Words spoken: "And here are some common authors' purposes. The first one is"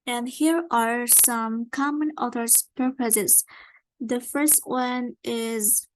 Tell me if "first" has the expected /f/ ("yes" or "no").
yes